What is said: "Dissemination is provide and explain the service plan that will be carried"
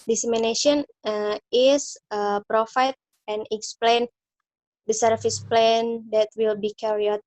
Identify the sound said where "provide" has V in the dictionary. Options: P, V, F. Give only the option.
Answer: F